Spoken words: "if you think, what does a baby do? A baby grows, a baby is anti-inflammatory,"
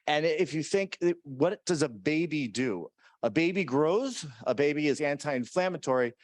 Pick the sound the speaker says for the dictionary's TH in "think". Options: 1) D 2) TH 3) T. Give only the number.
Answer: 2